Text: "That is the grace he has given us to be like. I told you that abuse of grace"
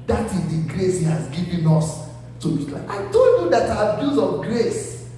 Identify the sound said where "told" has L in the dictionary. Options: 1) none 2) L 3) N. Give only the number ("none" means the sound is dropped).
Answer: 3